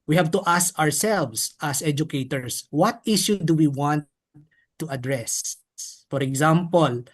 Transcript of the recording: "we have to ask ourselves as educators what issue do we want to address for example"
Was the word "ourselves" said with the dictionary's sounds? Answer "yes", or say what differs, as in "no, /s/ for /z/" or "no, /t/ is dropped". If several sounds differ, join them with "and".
no, /s/ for /z/